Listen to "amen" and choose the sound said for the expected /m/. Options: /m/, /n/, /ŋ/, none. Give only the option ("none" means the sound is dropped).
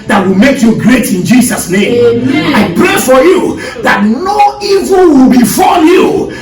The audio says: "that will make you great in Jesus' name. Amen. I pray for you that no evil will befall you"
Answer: none